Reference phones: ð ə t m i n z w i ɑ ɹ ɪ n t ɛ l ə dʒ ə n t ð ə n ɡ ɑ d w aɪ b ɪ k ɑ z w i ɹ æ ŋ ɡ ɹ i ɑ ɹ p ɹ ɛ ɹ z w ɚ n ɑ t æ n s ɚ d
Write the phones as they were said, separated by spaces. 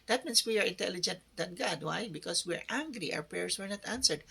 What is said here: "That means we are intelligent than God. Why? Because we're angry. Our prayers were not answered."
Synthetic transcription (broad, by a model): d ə t m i n s w i ɑ ɹ ɪ n t ɛ l ə dʒ ə n t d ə n ɡ ɑ d w aɪ b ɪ k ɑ s w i ɹ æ ŋ ɡ ɹ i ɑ w p ɹ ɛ ɹ s w ɚ n ɑ t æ n s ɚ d